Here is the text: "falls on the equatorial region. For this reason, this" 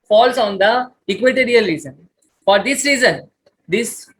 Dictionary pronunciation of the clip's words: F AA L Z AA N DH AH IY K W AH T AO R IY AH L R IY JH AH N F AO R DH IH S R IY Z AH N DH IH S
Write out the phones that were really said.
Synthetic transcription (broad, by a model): F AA L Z AA N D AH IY K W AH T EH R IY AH L R IY Z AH N F AO R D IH S R IY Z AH N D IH S